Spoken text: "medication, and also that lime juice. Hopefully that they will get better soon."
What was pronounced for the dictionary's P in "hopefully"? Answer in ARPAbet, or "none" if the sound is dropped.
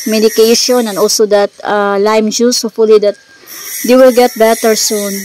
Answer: none